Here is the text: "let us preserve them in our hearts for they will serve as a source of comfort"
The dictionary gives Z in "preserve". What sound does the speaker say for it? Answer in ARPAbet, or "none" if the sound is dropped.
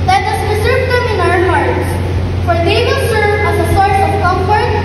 S